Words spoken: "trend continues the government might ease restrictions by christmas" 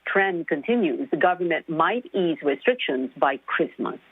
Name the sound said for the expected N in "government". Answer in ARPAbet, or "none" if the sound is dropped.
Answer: N